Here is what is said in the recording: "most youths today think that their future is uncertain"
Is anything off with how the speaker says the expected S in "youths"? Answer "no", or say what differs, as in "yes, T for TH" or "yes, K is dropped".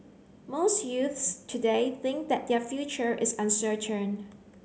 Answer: no